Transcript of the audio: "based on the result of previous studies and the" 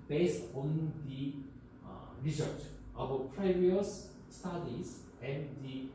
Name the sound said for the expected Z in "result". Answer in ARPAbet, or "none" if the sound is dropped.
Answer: S